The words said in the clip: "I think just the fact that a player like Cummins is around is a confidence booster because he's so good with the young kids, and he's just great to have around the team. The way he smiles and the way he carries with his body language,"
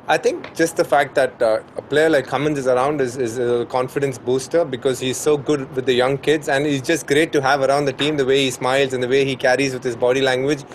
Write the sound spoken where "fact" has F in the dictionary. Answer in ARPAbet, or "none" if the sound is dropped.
F